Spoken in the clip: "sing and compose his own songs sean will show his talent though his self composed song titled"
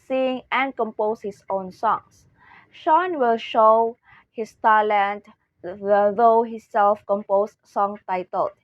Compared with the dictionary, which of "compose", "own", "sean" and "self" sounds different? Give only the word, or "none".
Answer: compose